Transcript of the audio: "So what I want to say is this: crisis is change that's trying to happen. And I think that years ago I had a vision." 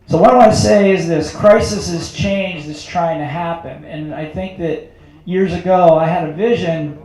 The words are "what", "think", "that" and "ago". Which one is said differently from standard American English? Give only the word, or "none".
none